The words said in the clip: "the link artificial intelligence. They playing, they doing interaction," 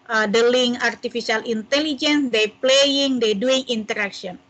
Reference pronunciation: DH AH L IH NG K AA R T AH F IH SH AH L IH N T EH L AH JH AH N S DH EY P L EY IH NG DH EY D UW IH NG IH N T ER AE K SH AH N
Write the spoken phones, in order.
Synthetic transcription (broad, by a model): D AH L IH NG AA R T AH F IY S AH L IH N T EH L AH JH AH N S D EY P L EY IH NG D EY D UW IH NG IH N T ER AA K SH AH N